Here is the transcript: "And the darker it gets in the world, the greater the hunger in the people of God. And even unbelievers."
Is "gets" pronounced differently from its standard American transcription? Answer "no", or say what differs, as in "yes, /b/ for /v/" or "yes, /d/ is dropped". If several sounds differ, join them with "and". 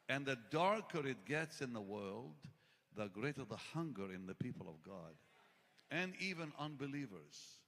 no